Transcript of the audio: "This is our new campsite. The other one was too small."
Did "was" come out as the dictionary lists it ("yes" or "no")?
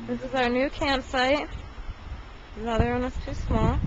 no